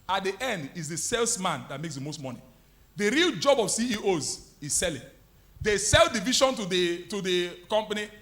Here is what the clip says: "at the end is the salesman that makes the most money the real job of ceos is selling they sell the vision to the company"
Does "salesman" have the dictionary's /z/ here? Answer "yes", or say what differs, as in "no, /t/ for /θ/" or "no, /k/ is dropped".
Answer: no, /s/ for /z/